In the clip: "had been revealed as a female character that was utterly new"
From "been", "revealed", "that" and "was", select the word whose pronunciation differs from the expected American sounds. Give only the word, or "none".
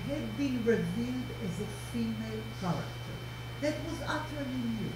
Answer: none